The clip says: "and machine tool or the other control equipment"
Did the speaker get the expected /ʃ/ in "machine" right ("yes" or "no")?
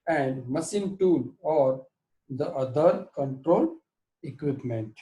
no